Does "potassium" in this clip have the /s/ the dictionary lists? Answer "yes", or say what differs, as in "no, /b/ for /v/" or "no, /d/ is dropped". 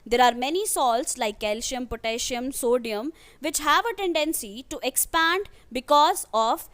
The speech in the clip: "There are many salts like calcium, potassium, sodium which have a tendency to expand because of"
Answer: no, /ʃ/ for /s/